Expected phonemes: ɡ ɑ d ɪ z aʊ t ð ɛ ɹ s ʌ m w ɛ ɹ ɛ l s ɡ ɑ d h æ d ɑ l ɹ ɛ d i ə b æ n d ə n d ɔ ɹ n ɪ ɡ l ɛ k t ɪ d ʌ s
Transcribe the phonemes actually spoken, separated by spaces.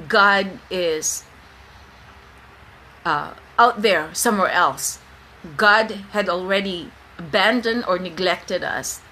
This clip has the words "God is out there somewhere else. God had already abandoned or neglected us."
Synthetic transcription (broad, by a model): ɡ ɑ d ɪ z aʊ t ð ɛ ɹ s ʌ m w ɛ ɹ ɛ l s ɡ ɑ d h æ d ɑ l ɹ ɛ d i ə b æ n d ə n d ɔ ɹ n ɪ ɡ l ɛ k t ɪ d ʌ s